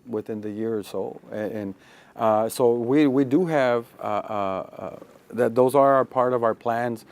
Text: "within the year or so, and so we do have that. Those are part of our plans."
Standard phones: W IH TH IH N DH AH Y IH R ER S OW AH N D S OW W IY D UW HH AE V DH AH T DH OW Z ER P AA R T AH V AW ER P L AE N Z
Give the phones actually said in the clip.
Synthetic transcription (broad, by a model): W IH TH IH N DH AH Y IH R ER S OW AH N S OW W IY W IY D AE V DH AH T DH OW Z ER P AA R T AH V AW ER P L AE N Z